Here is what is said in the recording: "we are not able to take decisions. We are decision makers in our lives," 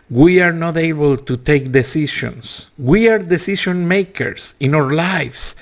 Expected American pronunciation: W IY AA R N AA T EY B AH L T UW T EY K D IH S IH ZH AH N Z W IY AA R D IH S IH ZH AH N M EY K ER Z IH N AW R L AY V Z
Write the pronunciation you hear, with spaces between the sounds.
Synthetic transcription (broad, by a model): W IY AA R N AA T EY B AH L T UW T EY K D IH S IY SH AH N S W IY AA R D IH S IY SH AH N M EY K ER S IH N AW R L AY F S